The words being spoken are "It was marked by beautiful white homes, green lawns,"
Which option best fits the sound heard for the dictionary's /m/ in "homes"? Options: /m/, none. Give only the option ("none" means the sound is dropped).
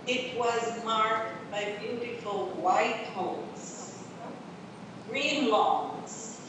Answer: none